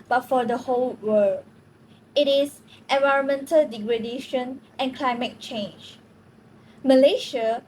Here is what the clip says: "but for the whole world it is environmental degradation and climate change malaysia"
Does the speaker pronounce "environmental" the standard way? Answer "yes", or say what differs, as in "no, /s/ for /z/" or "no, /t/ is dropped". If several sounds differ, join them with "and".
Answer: yes